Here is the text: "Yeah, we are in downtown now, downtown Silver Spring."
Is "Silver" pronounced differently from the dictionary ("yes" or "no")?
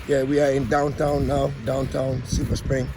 yes